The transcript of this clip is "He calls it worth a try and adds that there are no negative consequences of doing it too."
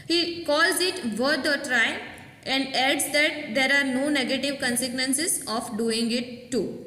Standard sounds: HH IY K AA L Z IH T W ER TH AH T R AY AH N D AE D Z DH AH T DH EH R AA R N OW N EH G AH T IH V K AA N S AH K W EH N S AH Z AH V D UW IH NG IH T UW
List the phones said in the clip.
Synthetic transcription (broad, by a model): HH IY K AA L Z IH T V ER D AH T R AY AH N D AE D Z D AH T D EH R AA R N OW N EH G AH T IH V K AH N S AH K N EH N S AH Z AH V D UW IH NG IH T UW